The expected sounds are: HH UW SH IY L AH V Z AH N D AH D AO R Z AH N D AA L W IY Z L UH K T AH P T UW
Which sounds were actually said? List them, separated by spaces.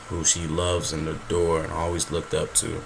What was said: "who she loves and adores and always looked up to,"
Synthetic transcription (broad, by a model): HH UW SH IY L AH V Z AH N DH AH D AO R AH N AA L W IY Z L UH K T AH P T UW